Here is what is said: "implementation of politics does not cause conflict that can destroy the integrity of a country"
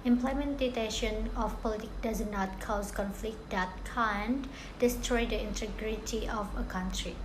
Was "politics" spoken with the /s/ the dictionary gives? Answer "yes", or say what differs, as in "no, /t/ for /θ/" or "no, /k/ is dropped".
no, /s/ is dropped